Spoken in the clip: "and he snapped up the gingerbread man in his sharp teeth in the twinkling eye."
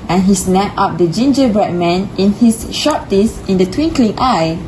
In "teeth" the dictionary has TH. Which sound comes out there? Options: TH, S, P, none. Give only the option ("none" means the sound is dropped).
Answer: S